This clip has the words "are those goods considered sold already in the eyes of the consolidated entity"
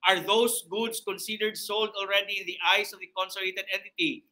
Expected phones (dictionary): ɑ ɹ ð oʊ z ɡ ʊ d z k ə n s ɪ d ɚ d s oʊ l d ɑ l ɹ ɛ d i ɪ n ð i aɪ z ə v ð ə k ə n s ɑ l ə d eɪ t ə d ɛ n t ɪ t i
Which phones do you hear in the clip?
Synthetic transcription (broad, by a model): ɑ ɹ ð oʊ s ɡ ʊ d s k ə n s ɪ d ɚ d s oʊ l d ɑ l ɹ ɛ d i ɪ n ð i aɪ s ə v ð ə k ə n s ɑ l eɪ t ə d ɛ n t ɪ t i